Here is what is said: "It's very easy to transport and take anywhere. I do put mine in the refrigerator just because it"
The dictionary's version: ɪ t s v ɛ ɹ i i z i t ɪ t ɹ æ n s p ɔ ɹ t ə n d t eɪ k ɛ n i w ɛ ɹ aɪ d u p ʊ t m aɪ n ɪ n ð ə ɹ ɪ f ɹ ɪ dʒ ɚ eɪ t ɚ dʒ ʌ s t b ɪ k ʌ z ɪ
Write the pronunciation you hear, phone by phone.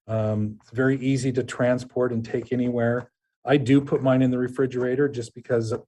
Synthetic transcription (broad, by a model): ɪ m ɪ v ɛ ɹ i i z i t ɪ t ɹ æ n s p ɔ ɹ t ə n t eɪ k ɛ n i w ɛ ɹ aɪ d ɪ p ʊ t m aɪ n ɪ n ð ə ɹ ɪ f ɹ ɪ dʒ ɚ eɪ t ɚ dʒ ʌ s b ɪ k ʌ z